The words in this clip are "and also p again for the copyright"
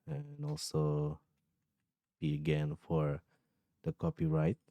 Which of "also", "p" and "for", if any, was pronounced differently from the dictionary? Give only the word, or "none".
p